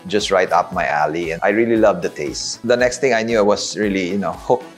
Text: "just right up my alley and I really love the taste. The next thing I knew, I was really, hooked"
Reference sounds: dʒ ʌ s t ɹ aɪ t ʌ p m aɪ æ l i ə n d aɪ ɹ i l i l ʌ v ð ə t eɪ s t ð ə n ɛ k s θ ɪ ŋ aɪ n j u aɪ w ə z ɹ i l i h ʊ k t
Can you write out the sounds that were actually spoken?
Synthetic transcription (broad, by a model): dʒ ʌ s t ɹ aɪ t ʌ p m aɪ æ l i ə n aɪ ɹ i l i l ʌ v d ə t eɪ s t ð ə n ɛ k s t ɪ ŋ aɪ n j u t w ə s ɹ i l i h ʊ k